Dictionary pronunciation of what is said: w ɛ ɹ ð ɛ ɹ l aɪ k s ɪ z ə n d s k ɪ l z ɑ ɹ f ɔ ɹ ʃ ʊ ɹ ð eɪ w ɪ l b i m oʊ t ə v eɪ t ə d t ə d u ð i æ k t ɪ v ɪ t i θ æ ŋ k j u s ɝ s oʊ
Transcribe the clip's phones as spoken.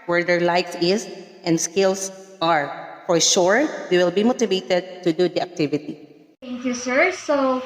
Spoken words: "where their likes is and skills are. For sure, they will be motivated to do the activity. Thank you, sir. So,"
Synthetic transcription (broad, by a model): w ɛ ɹ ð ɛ ɹ l aɪ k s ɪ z ə n d s k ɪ l s ɑ ɹ f ɔ ɹ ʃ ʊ ɹ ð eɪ w ɪ l b i m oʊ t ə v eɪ t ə d t ə d u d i æ k t ɪ v ɪ t i t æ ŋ k j u s ɝ s oʊ